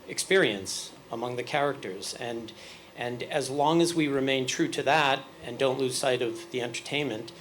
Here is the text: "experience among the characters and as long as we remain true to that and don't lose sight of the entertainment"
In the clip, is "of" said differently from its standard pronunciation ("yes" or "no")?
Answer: no